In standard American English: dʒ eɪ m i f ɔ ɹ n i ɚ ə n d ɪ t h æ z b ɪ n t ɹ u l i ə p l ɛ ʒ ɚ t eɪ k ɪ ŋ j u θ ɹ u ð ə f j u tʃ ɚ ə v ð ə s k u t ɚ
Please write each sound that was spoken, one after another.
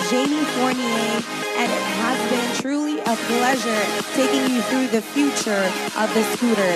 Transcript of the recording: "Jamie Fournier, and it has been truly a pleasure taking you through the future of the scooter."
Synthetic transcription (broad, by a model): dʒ eɪ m i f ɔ ɹ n i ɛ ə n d ɪ t h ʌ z b ɪ n t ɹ u l i ə p l ɛ ʒ ɚ t eɪ k ɪ ŋ j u θ ɹ u ð ə f j u tʃ ɚ ə v ð ə s u t ɚ